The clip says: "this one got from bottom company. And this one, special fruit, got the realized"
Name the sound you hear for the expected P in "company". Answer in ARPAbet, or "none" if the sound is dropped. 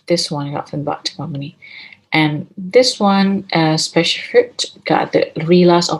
none